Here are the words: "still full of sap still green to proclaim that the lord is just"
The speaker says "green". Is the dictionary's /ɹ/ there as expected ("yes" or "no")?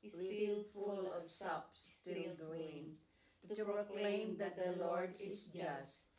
no